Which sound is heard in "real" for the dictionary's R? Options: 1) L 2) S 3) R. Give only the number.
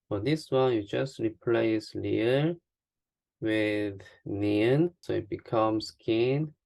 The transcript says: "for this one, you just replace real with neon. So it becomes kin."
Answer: 1